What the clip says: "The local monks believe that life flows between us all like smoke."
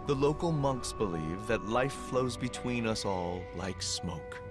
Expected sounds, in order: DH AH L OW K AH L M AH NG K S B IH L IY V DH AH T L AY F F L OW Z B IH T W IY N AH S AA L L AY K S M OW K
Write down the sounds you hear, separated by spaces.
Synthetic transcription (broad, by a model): DH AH L OW K L M AH NG K S B IH L IY V DH AH T L AY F F L OW Z B IH T W IY N AH S AA L L AY K S M OW K